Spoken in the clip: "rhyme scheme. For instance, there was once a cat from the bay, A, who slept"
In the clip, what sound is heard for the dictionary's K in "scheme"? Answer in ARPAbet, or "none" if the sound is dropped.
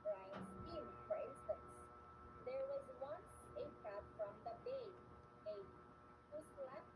none